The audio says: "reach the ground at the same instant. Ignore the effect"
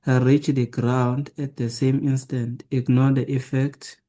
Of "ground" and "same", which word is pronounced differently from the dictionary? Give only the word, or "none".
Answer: none